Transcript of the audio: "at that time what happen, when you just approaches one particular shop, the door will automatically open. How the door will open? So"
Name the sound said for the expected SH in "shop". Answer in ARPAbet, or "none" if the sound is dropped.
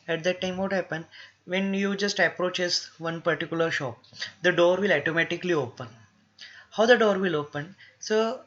SH